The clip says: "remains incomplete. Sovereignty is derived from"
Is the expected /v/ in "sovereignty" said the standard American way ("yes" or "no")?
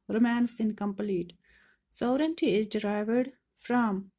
no